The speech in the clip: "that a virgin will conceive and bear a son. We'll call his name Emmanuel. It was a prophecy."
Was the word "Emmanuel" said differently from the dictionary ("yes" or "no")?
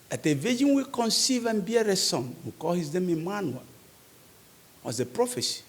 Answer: yes